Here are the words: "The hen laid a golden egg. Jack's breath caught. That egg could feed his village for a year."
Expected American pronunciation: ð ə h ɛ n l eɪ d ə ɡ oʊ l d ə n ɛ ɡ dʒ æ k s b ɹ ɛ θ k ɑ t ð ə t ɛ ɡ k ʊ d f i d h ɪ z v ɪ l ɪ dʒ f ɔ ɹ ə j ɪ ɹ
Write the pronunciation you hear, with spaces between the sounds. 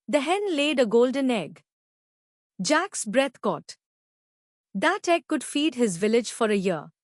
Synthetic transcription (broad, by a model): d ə h ɛ n l eɪ d ə ɡ oʊ l d ə n ɛ ɡ dʒ æ k s b ɹ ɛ t k ɑ t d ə t ɛ ɡ k ʊ d f i d h ɪ z v ɪ l ɪ dʒ f ɔ ɹ ə j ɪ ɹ